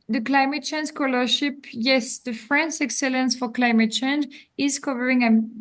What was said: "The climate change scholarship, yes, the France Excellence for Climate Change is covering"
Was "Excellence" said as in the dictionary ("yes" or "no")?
yes